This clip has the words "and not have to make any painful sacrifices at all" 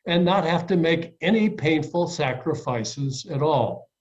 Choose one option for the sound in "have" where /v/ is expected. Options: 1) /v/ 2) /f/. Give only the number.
2